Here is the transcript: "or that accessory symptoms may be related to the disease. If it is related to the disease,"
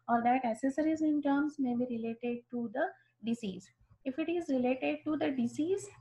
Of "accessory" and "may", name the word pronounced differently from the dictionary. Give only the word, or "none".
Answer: accessory